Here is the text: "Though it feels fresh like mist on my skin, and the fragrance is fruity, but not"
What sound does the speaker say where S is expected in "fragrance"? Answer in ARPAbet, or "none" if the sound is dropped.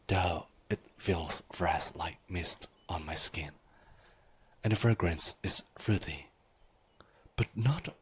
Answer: S